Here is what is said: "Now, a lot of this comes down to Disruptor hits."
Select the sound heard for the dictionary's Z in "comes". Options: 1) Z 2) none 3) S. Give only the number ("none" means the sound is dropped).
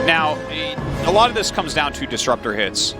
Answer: 1